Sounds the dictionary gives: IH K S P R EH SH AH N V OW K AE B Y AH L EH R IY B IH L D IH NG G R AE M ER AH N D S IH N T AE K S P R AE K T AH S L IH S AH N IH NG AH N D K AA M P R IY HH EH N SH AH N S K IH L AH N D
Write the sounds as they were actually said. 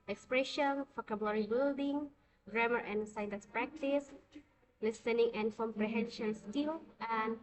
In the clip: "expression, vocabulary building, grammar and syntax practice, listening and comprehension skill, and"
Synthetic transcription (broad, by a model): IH K S P R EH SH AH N F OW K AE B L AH R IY B IH L D IH NG G R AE M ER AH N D S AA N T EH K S P R AE K T AH S L IH S AH N IH NG AH N D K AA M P R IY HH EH N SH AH L S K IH L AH N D